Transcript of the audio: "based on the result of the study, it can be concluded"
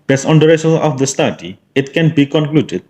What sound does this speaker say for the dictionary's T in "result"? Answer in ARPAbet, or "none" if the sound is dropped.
none